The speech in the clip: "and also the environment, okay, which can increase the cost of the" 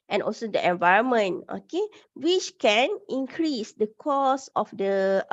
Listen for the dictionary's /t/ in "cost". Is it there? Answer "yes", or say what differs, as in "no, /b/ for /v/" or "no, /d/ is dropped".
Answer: no, /t/ is dropped